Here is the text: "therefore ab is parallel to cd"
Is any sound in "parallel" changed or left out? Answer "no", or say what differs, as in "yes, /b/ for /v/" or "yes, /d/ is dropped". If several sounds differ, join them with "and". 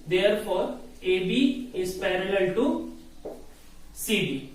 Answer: no